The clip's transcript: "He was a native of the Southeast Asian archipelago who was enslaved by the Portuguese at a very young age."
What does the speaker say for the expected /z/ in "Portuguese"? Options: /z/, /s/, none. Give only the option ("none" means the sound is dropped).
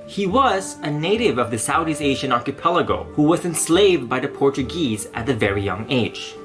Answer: /z/